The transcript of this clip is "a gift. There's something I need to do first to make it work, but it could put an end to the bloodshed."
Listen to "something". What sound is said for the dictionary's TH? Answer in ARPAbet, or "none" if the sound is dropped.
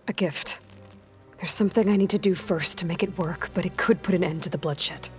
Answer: TH